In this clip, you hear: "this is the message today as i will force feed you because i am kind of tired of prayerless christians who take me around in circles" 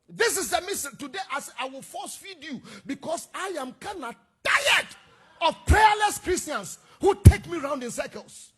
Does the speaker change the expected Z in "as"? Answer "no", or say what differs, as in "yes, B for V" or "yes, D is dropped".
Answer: yes, S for Z